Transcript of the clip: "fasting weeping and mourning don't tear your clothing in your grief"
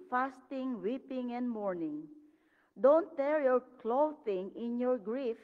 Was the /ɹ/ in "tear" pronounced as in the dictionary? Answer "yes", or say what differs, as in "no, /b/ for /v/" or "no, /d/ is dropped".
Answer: yes